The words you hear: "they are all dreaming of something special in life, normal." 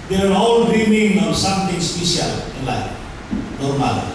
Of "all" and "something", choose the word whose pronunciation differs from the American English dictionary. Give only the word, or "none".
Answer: something